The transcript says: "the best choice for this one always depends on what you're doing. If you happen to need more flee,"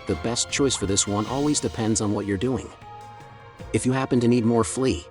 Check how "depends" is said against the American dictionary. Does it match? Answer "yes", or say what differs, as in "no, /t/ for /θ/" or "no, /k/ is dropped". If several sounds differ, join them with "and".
yes